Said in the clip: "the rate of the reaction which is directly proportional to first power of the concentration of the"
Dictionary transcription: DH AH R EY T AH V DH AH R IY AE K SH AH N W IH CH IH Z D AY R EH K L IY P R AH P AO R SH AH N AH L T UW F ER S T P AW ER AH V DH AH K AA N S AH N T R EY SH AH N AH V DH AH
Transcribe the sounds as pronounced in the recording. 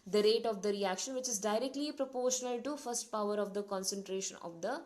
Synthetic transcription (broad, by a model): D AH R EY T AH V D AH R IY AE K SH AH N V IH CH IH Z D AY R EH K L IY P R AH P AO R SH AH N AH L T UW F ER S T P AW ER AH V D AH K AA N S AH N T R EY SH AH N AH V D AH